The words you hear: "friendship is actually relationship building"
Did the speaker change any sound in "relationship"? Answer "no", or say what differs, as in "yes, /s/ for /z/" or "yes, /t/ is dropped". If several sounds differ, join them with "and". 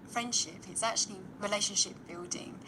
no